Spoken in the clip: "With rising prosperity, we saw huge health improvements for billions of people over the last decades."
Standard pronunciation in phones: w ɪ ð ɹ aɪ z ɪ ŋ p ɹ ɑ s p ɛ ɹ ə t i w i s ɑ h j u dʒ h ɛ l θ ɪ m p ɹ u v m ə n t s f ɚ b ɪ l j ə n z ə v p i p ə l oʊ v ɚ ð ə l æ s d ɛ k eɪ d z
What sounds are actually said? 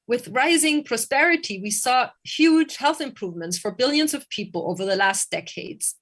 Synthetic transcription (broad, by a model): w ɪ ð ɹ aɪ z ɪ ŋ p ɹ ɑ s p ɛ ɹ ə t i w i s ɑ h j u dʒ h ɛ l θ ɪ m p ɹ u v m ə n t s f ɚ b ɪ l j ə n z ə v p i p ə l oʊ v ɚ ð ə l æ s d ɛ k eɪ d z